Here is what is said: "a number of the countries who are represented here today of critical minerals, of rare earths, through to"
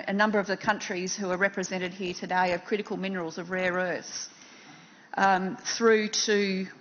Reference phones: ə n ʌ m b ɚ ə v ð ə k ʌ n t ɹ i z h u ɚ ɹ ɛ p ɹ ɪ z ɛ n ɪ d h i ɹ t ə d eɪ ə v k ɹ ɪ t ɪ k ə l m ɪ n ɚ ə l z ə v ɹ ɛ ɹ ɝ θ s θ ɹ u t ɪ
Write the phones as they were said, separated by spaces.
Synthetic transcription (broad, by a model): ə n ʌ m b ɚ ə v ð ə k ʌ n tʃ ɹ i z h u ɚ ɹ ɛ p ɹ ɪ z ɛ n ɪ d h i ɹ t ə d eɪ ə v k ɹ ɪ t ɪ k ə l m ɪ n ɚ ə l z ə v ɹ ɛ ɹ ɝ θ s θ ɹ u t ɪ